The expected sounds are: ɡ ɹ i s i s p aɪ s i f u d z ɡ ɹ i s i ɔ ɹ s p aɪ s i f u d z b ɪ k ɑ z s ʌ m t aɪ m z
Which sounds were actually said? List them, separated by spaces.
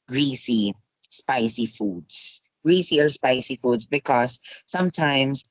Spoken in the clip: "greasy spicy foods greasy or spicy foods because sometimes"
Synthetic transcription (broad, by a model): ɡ ɹ i s i s p aɪ s i f u d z ɡ ɹ i s i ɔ l s p aɪ s i f u d z b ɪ k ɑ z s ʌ m t aɪ m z